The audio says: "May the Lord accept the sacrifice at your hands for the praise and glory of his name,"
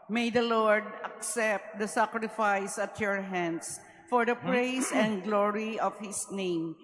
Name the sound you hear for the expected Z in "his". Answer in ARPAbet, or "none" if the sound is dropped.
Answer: S